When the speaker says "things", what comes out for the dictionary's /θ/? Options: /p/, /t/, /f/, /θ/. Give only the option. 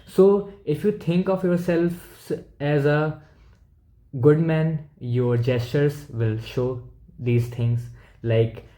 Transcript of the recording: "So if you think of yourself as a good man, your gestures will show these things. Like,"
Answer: /t/